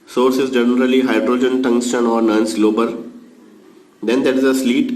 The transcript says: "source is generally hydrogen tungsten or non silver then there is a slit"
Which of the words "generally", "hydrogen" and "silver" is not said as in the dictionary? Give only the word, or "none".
silver